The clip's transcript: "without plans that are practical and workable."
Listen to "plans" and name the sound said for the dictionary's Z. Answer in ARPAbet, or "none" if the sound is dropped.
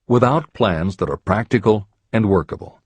Z